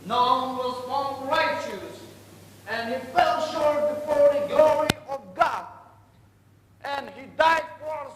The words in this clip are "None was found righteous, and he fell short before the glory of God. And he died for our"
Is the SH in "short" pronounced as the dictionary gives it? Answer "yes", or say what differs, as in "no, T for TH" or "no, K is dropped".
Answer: yes